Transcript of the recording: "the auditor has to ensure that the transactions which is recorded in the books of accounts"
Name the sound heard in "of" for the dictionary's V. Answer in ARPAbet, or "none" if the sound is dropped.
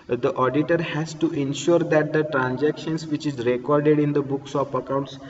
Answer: P